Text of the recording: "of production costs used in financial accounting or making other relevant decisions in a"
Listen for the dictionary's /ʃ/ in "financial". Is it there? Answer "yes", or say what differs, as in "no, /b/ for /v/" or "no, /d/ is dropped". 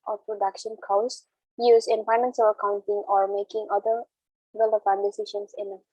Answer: no, /s/ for /ʃ/